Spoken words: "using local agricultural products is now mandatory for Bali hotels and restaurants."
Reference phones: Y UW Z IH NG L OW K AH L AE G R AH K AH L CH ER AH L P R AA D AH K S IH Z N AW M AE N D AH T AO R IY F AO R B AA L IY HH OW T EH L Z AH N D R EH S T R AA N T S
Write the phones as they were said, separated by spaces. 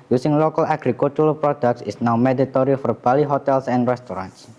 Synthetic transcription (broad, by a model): Y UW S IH NG L OW K AH L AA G R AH K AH L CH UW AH P R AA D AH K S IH S N AW M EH D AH T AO R IY F AO R B AA L IY HH OW T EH L S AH N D R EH S T R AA N T S